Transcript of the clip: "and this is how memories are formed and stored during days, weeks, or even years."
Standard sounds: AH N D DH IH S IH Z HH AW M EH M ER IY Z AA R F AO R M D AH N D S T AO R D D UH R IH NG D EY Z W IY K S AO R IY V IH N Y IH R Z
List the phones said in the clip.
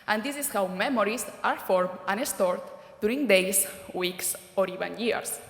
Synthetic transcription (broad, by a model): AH N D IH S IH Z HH AW M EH M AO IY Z AA R F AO R M AH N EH S T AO R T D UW R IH NG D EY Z W IY K S AO R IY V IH N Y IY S